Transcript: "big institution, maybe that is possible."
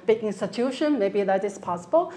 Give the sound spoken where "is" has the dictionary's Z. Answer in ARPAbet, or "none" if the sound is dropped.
S